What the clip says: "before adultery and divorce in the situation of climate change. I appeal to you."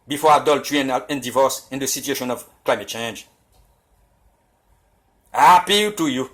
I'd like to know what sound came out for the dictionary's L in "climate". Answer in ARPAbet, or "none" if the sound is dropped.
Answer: L